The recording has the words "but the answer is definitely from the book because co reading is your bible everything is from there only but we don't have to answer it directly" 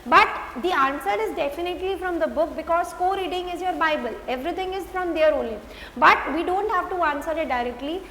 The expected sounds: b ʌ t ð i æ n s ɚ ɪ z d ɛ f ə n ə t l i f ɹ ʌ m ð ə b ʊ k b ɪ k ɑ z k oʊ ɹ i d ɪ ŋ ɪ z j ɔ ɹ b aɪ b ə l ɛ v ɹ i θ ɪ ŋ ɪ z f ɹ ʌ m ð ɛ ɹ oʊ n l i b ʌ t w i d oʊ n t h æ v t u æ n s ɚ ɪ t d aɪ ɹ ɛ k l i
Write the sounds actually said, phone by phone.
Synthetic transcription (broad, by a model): b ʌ t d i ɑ n s ɚ ɪ z d ɛ f ə n ə t l i f ɹ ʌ m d ə b ʊ k b ɪ k ɑ z k oʊ ɹ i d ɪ ŋ ɪ z j ɔ ɹ b aɪ b ə l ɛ v ɹ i t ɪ ŋ ɪ z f ɹ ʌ m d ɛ ɹ oʊ n l i b ʌ t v i d oʊ n t h æ v t u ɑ n s ɚ ɪ t d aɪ ɹ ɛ k l i